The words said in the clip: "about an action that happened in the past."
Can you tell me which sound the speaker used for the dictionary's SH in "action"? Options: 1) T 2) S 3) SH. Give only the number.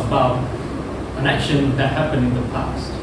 3